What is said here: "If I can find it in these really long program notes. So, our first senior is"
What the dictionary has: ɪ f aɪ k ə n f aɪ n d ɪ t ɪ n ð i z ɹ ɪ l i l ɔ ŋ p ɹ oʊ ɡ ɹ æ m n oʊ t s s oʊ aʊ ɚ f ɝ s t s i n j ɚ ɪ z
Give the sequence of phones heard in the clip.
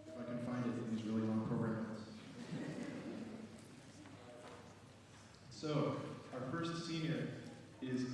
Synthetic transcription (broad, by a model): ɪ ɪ k ə n f aɪ n d ɪ t ɪ n ð i z ɹ ɪ l i l ɔ ŋ p ɹ oʊ ɡ ɹ æ m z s s oʊ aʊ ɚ f ɝ s t s i n j ɚ ɪ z